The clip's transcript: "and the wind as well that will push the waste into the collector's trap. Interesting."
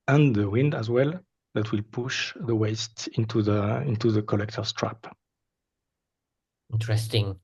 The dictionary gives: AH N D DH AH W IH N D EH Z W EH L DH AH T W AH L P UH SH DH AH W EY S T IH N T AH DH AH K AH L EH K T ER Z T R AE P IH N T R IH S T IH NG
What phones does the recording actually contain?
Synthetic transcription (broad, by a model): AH N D DH AH W IH N D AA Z W EH L DH AH T W AH L P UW SH DH AH W EY S T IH N T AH DH AH K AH L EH K T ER S T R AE P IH N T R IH S T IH NG